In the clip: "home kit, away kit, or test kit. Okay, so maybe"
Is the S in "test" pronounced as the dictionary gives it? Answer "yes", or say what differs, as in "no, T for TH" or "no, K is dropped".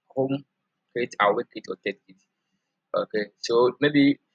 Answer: no, S is dropped